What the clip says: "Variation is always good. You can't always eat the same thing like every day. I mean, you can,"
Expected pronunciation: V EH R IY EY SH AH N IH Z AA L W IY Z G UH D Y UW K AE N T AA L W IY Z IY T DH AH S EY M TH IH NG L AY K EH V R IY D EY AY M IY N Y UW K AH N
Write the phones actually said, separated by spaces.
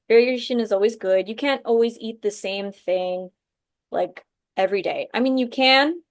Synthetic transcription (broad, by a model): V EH R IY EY SH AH N IH Z AA L W IY Z G UH D Y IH K AE N T AA L W IY Z IY T DH AH S EY M TH IH NG L AY K EH V R IY D EY AY M IY N Y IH K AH N